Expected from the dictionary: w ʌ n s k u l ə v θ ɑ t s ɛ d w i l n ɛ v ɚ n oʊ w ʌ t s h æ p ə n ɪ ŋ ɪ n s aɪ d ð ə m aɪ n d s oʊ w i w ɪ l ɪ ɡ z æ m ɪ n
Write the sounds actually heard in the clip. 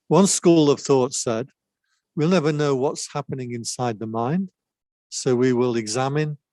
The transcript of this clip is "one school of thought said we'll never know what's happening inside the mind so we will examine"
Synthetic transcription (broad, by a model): w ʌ n s k u l ə v θ ɑ t s ɛ d w i l n ɛ v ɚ n oʊ w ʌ t s h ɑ p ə n ɪ ŋ ɪ n s aɪ d ð ə m aɪ n d s oʊ w i w ɪ l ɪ ɡ z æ m ɪ n